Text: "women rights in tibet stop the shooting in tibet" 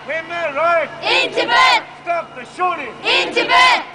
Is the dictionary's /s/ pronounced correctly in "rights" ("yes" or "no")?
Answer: no